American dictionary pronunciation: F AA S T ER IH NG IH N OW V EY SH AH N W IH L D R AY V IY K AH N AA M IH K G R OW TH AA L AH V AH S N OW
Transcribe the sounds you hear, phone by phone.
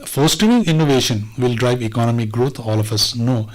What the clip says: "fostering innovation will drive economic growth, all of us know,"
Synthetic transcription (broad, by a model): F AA S T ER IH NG IH N OW V EY SH AH N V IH L D R AY V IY K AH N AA M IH G R OW T AA L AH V AH S N OW